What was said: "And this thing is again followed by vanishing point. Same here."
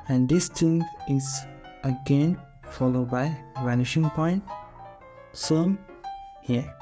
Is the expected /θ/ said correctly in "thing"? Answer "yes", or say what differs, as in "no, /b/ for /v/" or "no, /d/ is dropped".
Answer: no, /t/ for /θ/